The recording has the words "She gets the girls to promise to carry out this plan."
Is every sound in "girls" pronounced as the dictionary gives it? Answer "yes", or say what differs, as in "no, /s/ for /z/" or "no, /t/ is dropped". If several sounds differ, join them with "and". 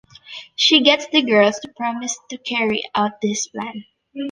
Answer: no, /s/ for /z/